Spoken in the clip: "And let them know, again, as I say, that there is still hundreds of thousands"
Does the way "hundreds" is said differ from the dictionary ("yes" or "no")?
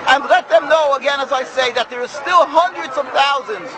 no